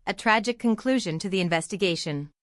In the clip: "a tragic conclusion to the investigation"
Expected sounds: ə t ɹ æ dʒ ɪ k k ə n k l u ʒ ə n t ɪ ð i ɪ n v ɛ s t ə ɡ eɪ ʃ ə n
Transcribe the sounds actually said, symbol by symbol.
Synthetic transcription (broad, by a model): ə t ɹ æ dʒ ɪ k k ə n k l u ʒ ə n t ɪ ð i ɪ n v ɛ s t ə ɡ eɪ ʃ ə n